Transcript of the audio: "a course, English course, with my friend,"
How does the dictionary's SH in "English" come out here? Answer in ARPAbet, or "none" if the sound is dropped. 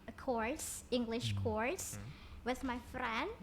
SH